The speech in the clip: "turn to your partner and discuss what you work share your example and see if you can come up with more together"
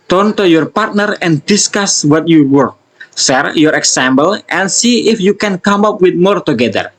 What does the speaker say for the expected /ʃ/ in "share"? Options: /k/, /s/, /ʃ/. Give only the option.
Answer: /s/